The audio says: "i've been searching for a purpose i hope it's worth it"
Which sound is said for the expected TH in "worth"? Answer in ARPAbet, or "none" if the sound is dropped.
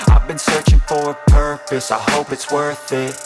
TH